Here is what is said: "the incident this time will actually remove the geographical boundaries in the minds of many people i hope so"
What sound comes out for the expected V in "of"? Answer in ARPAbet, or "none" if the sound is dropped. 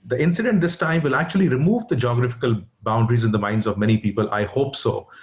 V